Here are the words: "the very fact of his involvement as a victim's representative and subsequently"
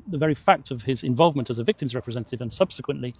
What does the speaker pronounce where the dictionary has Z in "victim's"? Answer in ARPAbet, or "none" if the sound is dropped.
Z